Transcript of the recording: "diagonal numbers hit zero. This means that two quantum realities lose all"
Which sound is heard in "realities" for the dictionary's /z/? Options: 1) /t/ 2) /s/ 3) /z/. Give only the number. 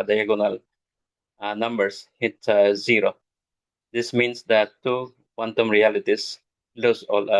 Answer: 2